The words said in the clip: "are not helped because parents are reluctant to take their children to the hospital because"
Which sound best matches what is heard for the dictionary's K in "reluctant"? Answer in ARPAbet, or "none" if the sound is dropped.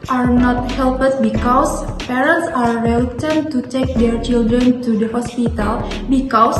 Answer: none